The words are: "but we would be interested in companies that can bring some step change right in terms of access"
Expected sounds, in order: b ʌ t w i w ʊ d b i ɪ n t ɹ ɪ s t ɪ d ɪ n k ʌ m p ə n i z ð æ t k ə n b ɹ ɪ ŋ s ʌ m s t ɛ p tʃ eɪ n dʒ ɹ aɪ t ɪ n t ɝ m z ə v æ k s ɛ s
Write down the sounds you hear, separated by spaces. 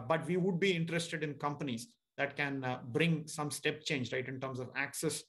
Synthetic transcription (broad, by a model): b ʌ t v i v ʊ d b i ɪ n t ɹ ɪ s t ɪ d ɪ n k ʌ m p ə n i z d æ t k ə n b ɹ ɪ ŋ s ʌ m s t ɛ p tʃ eɪ n dʒ ɹ aɪ t ɪ n t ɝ m s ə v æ k s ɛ s